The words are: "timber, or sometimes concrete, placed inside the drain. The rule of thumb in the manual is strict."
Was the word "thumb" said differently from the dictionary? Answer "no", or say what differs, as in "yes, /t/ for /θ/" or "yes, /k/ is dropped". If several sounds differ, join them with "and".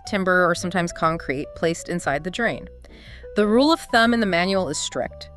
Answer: no